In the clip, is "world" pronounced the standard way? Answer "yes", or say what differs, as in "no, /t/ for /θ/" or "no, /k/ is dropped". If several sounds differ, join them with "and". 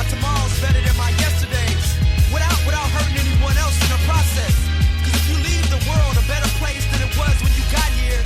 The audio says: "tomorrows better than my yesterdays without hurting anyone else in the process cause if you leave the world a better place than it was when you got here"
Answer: yes